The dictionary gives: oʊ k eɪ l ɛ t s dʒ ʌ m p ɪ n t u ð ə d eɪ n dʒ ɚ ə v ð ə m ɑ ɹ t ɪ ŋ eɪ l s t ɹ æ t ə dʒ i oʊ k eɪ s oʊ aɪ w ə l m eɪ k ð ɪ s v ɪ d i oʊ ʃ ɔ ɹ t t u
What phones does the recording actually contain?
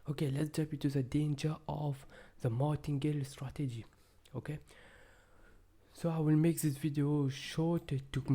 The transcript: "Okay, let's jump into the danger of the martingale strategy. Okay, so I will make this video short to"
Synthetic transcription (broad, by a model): oʊ k eɪ l ɛ t s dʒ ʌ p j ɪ t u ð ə d eɪ n dʒ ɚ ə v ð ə m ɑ t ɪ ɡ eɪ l s t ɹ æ t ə dʒ i oʊ k eɪ s oʊ aɪ w ə l m eɪ k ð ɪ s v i d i oʊ ʃ ɔ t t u